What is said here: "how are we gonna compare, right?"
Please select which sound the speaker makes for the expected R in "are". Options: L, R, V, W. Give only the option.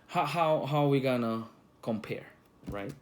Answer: W